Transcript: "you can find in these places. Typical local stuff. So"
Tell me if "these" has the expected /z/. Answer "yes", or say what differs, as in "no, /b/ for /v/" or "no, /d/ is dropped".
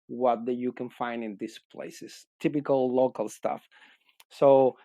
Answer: no, /s/ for /z/